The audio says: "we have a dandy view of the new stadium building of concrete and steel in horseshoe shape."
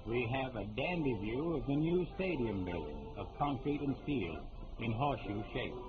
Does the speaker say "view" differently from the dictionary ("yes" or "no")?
no